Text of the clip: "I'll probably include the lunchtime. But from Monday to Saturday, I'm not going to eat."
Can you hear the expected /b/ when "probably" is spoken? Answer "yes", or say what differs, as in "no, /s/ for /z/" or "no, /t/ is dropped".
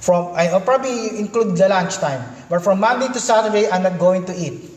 yes